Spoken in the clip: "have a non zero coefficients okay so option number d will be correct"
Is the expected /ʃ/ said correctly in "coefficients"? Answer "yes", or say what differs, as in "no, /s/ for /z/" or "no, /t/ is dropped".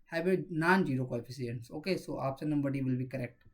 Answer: no, /s/ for /ʃ/